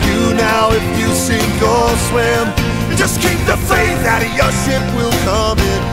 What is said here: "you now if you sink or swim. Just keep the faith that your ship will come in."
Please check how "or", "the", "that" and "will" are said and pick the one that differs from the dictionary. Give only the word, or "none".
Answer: or